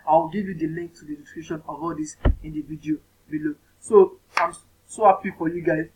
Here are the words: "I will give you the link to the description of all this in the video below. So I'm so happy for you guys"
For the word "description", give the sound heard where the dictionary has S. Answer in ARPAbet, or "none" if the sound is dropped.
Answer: none